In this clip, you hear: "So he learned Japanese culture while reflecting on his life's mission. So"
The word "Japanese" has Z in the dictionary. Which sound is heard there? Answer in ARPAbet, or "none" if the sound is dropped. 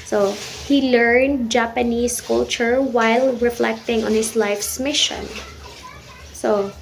S